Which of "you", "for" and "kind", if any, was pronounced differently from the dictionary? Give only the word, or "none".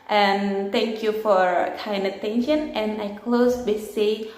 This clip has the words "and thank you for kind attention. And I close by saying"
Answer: kind